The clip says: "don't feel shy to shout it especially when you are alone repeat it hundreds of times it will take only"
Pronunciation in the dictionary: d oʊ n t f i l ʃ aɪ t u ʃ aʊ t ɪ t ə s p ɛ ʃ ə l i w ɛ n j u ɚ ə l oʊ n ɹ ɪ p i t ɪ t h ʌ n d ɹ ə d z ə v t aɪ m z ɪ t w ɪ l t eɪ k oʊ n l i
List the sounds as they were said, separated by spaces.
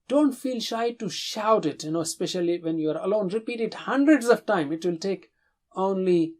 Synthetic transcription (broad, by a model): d oʊ n t f i l ʃ aɪ t u ʃ aʊ t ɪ t ə s p ɛ ʃ ə l i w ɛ n j u ɚ ə l oʊ n ɹ ɪ p i t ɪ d h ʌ n d ɹ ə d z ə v t aɪ m ɪ t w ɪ l t eɪ k oʊ n l i